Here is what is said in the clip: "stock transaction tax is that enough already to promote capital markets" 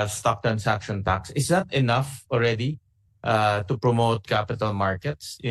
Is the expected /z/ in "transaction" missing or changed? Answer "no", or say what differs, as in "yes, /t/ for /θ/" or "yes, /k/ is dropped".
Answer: yes, /s/ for /z/